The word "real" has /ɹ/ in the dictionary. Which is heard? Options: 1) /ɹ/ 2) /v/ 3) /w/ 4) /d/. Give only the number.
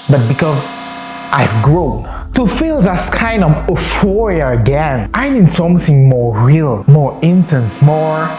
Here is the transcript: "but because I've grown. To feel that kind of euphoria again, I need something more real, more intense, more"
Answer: 1